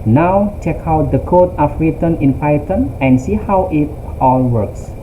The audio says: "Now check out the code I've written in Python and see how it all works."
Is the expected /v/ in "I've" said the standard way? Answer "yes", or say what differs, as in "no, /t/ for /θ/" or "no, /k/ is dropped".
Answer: no, /f/ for /v/